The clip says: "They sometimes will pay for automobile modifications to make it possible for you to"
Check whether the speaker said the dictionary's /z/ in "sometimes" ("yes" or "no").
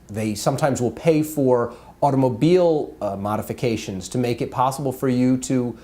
yes